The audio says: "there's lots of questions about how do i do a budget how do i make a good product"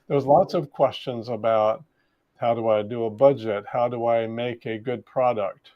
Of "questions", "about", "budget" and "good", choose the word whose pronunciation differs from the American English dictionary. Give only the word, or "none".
none